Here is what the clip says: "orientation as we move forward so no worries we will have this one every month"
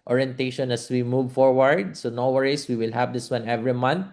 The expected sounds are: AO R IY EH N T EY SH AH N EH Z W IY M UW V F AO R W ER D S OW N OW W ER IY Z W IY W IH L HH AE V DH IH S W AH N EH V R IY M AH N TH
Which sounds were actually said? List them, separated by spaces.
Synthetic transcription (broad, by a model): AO R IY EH N T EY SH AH N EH S W IY M UW V F AO R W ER D S OW N OW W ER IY S W IY W IH L HH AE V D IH S W AH N EH V R IY M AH N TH